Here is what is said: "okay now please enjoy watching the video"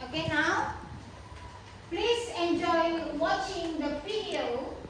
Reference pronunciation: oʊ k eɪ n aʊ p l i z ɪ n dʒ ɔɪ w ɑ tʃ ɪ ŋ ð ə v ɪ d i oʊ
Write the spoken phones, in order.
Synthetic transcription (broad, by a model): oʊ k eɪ n aʊ p l i z ɪ n dʒ ɔɪ w ɑ tʃ ɪ ŋ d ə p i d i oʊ